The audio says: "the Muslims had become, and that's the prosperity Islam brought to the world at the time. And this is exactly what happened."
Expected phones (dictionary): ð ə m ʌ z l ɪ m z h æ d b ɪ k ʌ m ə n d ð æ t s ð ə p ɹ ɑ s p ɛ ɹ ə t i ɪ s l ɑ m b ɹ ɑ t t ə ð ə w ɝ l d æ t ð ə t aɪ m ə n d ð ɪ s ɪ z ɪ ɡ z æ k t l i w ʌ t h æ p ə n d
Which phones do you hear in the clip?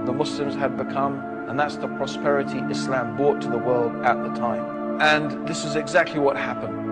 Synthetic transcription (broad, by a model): ð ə m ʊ s l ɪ m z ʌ d b ɪ k ʌ m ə n ð æ t s ð ə p ɹ ɑ s p ɛ ɹ ə t i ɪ s l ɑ m b ɹ ɑ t t ə ð ə w ɝ l d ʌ t ð ə t aɪ m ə n ð ɪ s ɪ z ɪ ɡ z æ k t l i w ʌ t h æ p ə n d